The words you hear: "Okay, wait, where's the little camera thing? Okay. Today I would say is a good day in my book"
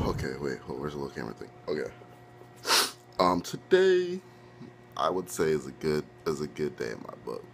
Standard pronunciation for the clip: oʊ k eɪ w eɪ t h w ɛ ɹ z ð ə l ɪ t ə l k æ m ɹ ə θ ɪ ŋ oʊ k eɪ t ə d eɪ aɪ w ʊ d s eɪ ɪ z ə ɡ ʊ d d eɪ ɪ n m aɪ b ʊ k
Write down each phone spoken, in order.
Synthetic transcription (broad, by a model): oʊ k eɪ w eɪ t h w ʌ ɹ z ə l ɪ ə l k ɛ ɹ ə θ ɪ ŋ oʊ k eɪ t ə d eɪ aɪ w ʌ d s eɪ ɪ z ə ɡ ʊ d d eɪ ɪ n m aɪ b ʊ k